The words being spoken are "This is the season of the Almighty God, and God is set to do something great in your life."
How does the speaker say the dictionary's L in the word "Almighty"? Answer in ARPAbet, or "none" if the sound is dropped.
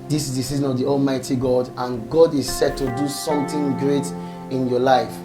L